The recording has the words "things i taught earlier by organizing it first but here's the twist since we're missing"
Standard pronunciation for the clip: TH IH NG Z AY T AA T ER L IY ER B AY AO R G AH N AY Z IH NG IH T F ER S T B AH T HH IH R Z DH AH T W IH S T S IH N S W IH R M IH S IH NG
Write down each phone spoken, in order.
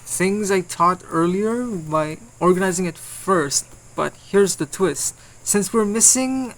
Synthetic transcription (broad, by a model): TH IH NG Z AY T AA T ER L IY ER B AY AO R G AH N AY Z IH NG IH T F ER S T B AH T HH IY R Z DH AH T W IH S T S IH N S W IH R M IH S IH NG